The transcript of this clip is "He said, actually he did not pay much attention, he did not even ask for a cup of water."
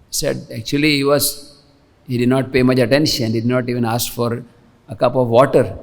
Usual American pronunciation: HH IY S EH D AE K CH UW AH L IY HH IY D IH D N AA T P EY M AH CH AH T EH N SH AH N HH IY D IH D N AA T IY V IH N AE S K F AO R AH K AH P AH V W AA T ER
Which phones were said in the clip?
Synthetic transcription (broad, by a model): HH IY S EH D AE K CH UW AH L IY HH IY D IH D N AA T P EY M AH CH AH T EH N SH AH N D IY D IH D N AA T IY V IH N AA S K F AO R AH K AH P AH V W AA T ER